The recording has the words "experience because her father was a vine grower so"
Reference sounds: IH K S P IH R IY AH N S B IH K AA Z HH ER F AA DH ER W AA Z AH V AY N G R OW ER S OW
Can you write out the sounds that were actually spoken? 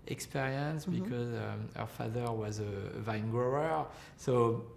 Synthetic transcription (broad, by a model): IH K S P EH R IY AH N S B IH K AA Z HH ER F AA DH ER W AA Z AH V AY N G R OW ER S OW